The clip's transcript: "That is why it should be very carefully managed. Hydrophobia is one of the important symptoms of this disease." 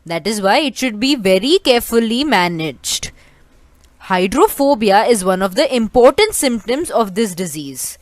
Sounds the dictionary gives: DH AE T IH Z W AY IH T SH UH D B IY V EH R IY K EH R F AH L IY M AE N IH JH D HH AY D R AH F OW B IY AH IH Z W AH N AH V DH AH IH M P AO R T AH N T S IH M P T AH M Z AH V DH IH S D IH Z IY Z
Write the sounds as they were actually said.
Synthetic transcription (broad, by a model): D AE T IH Z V AY IH T SH UH D B IY V EH R IY K EH R F AH L IY M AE N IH JH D HH AY D R AH F OW B IY AH IH Z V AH N AH V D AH IH M P AO R T AH N T S IH M P T AH M Z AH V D IH S D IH Z IY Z